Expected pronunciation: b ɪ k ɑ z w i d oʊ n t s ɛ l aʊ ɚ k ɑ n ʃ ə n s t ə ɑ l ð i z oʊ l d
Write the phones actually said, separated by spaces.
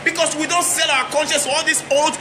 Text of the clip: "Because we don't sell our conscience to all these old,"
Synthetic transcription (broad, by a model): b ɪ k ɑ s w i d oʊ n t s ɛ l aʊ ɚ k ɑ n ʃ ə n s ɑ l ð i s oʊ l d